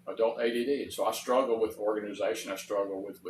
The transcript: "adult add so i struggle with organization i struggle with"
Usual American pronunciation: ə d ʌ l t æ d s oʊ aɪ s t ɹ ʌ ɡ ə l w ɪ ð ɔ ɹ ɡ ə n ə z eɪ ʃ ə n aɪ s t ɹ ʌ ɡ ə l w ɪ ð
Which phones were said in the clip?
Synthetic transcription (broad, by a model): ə d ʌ l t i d s oʊ aɪ s t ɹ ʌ ɡ l w ɪ ð ɔ ɹ ɡ ə n ə z eɪ ʃ ə n aɪ s t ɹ ʌ ɡ l w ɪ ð